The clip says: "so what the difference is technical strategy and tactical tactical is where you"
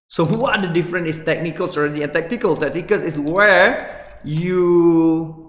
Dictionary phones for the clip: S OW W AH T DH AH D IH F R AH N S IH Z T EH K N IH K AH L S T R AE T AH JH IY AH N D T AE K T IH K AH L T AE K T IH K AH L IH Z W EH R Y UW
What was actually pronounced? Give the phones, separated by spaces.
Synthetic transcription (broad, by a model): S OW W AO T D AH D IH F R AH N IH S T EH K N IH K AH L S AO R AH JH IY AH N T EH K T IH K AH L T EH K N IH K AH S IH S W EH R Y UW